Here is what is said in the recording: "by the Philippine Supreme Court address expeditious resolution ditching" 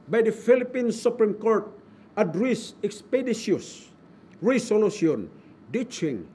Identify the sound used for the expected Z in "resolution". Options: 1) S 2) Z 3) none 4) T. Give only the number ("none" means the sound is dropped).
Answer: 1